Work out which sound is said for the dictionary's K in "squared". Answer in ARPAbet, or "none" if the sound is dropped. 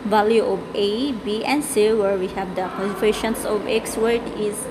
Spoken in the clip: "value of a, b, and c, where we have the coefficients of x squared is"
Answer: none